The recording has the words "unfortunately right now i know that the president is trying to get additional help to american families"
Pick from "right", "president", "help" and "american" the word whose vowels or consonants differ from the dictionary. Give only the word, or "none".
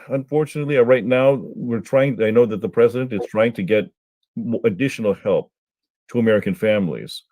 none